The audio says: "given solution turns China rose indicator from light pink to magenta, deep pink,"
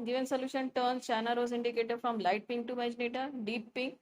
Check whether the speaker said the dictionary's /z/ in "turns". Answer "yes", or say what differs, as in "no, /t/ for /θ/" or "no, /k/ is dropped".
no, /z/ is dropped